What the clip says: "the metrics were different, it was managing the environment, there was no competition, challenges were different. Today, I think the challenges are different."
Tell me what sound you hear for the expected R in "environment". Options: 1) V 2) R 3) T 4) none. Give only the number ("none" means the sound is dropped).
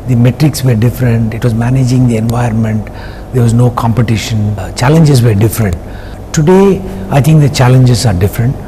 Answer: 4